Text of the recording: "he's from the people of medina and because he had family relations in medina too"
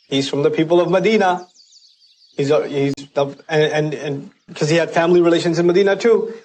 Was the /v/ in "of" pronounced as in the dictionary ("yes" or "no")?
yes